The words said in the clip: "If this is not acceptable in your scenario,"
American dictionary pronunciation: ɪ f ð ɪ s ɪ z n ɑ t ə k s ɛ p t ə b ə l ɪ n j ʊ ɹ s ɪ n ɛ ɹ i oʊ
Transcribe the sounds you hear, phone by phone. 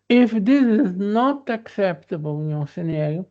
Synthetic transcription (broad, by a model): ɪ f ð ɪ s ɪ z n ɑ t ə k s ɛ p t ə b ə l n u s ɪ n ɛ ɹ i